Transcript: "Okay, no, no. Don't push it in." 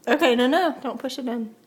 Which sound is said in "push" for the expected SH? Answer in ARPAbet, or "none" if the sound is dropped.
S